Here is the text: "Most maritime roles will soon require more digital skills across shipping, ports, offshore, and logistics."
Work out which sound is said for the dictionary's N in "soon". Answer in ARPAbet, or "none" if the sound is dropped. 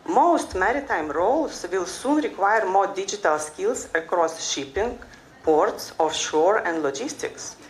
N